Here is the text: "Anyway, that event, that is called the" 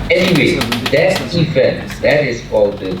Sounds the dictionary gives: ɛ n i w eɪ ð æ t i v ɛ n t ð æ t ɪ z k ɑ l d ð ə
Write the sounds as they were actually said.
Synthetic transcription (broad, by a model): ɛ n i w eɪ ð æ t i f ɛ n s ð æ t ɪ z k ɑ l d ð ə